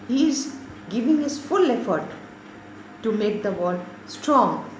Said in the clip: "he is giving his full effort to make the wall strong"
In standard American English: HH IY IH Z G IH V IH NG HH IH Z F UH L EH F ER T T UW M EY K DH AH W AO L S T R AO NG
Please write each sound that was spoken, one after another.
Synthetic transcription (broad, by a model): HH IY IH Z G IH V IH NG HH IH Z F UH L EH F ER T T UW M EY K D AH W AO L S T R AO NG